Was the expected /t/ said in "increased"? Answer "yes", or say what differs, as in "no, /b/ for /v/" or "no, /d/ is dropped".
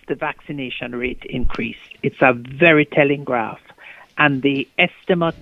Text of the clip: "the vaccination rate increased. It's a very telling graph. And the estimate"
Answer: yes